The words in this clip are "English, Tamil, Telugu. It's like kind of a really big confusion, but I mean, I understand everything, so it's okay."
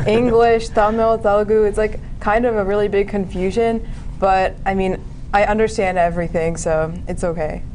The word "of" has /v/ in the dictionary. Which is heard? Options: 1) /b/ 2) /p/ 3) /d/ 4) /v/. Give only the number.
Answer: 4